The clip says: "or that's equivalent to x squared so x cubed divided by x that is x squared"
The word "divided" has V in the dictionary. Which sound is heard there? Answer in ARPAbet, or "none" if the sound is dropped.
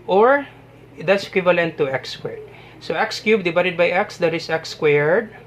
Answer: B